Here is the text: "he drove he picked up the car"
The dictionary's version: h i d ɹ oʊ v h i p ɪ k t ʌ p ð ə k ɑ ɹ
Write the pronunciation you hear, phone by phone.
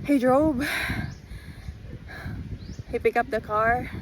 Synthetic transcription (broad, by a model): h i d ɹ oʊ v h i p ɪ k ʌ p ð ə k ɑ ɹ